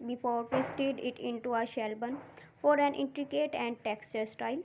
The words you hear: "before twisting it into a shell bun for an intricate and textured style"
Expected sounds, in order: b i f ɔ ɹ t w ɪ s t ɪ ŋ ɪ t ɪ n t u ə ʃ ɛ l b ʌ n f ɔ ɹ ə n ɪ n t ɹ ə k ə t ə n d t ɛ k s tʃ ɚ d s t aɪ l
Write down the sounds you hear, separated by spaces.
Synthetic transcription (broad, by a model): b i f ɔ ɹ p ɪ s t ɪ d ɪ t ɪ n t u ə ʃ ɛ l b ʌ n f ɔ ɹ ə n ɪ n t ɹ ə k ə t ə n d t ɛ k s tʃ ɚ d s t aɪ l